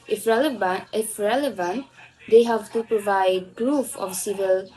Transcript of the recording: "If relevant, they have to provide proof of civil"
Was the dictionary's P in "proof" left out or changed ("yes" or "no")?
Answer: no